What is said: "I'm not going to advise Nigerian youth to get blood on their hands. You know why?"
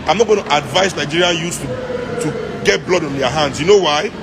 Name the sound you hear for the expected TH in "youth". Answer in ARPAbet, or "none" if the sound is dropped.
T